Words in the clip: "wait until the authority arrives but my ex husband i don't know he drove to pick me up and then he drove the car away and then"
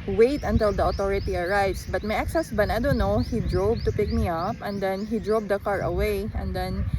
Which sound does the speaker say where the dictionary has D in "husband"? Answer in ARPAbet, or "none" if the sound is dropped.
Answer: none